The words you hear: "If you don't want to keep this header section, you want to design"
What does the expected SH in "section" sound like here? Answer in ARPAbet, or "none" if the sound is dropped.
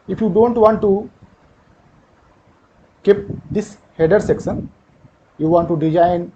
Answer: S